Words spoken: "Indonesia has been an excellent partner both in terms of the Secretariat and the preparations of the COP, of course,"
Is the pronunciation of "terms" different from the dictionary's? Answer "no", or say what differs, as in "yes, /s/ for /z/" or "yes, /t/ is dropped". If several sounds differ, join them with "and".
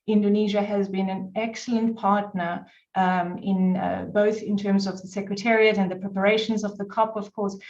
no